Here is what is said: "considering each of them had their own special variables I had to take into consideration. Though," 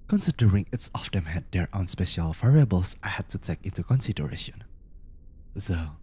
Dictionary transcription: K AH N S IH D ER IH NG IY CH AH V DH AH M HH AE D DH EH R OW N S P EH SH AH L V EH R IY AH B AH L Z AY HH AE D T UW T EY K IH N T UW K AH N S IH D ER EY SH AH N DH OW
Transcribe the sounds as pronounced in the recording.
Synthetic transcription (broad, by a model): K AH N S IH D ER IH NG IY S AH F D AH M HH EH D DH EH R OW N S P EH SH AH L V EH R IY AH B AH L S AY HH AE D T UW T EY K IH N T UW K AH N S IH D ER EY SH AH N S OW